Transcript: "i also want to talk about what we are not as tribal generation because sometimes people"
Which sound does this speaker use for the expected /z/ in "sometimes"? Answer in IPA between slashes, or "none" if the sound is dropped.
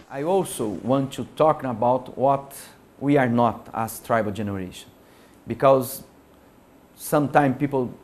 none